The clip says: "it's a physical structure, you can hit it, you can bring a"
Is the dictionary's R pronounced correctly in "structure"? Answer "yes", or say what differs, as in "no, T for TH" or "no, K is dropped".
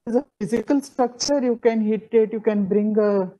yes